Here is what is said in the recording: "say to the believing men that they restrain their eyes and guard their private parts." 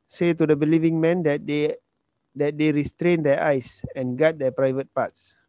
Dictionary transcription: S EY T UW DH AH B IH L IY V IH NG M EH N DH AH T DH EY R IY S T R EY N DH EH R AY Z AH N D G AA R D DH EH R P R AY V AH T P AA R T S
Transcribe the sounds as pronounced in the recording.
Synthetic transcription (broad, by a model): S EY T UW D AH B IH L IY V IH NG M EH N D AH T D EY R IY S T R EY N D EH AY S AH N G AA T D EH P R AY V AH T P AA T S